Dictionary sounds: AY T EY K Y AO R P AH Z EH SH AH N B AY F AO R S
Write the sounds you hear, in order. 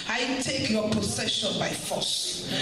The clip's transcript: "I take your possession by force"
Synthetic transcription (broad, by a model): AY T EY K Y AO P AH S EH SH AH N B AY F AO S